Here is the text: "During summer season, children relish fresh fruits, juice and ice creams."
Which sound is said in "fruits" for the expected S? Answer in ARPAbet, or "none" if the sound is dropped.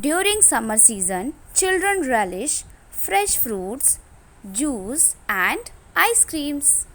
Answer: S